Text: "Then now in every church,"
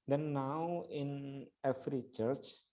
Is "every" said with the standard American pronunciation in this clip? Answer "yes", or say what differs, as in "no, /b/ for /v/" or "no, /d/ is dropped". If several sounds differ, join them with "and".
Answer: no, /f/ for /v/